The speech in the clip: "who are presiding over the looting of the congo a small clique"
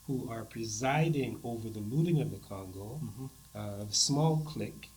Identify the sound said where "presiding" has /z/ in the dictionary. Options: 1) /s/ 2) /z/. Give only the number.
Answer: 2